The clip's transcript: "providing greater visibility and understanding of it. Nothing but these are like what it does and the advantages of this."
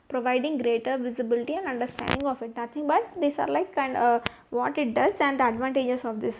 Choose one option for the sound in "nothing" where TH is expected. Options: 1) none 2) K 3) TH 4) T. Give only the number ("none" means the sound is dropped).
4